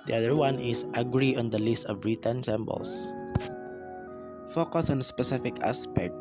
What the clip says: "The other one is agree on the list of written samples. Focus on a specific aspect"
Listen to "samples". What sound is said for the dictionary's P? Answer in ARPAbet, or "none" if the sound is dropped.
B